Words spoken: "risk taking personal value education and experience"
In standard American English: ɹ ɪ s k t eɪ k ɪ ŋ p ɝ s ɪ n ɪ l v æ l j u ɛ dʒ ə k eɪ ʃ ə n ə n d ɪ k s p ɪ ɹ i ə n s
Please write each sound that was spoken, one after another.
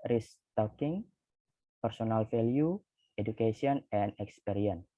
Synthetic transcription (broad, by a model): ɹ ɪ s t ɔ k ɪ ŋ p ɝ s ɪ n ɪ l f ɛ l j u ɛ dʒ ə k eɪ s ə n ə n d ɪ k s p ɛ ɹ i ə n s